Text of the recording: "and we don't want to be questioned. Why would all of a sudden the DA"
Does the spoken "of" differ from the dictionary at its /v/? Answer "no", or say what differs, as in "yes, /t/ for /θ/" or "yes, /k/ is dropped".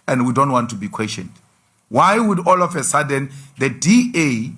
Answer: yes, /f/ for /v/